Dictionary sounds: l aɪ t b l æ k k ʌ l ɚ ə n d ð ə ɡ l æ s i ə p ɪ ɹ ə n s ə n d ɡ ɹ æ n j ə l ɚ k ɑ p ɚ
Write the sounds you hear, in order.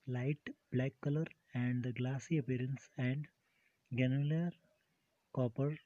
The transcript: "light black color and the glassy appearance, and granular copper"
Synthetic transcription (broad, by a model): l aɪ t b l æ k k ʌ l ɚ ə n d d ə ɡ l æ s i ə p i ɹ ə n s ə n d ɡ ɛ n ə l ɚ k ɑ p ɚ